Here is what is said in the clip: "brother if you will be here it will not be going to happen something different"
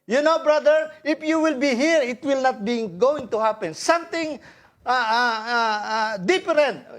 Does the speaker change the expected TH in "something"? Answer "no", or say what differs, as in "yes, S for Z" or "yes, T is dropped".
yes, T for TH